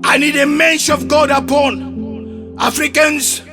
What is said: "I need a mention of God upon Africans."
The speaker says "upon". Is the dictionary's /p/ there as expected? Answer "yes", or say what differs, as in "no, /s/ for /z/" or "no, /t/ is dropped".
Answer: yes